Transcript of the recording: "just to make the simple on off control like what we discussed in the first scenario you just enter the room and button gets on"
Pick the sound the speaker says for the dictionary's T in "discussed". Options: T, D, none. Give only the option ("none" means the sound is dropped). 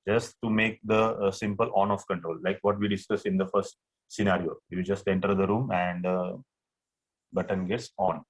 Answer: none